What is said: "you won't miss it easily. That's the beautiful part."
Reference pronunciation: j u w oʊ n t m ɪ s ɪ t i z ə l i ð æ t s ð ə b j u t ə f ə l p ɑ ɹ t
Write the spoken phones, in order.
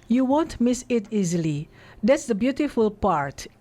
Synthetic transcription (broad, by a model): j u w oʊ n t m ɪ s ɪ t i z ə l i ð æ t s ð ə b j u t ə f ə l p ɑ ɹ t